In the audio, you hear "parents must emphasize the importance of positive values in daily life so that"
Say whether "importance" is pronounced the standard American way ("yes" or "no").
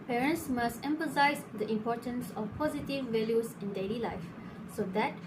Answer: yes